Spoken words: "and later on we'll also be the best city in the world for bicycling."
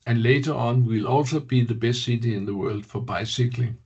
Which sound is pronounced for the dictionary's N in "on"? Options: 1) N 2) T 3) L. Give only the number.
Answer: 1